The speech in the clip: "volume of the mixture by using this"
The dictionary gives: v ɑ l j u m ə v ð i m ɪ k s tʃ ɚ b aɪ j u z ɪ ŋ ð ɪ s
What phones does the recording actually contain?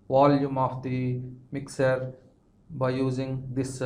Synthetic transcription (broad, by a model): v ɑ l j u m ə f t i m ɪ k s ɚ b aɪ j u z ɪ ŋ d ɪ s